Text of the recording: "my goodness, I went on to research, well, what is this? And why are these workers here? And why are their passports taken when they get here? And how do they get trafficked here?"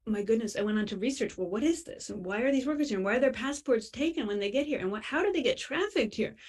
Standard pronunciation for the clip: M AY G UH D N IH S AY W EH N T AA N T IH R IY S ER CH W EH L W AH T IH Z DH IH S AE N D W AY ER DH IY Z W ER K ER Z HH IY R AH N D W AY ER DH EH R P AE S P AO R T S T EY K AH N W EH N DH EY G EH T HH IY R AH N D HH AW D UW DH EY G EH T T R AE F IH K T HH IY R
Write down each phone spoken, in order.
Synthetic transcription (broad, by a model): M AY G UH D N IH S AY W EH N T N T IH R IY S ER CH W EH L W AH T IH Z DH IH S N W AY ER DH IY Z W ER K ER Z HH IY R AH N W AY ER DH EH R P AE S P AO R T S T EY K AH N W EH N DH EY G EH T HH IY R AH N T HH AW D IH DH EY G EH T T R AE F IH K T HH IY R